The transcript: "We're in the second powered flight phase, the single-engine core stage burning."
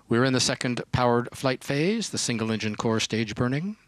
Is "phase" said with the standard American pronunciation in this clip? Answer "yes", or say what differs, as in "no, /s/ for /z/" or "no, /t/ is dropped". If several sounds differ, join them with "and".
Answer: yes